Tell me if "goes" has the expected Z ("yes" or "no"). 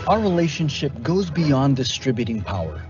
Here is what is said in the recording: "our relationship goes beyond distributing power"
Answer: yes